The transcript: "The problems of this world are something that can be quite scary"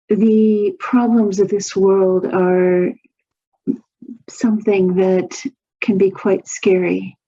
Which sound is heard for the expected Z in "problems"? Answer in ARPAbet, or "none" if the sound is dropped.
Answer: Z